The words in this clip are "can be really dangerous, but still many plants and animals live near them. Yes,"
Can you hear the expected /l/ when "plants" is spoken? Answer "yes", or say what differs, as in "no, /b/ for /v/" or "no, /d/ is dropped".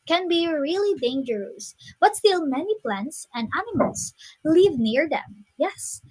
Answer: yes